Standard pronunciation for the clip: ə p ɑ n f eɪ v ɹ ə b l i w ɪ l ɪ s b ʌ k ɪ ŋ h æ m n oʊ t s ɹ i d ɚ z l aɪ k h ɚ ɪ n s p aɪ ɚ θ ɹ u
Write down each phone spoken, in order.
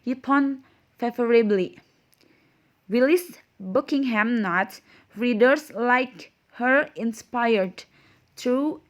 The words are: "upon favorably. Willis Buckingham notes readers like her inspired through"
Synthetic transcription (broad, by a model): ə p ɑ n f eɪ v ɹ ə b l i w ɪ l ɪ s b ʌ k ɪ ŋ h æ m n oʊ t ɹ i d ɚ s l aɪ k h ɚ ɪ n s p aɪ ɚ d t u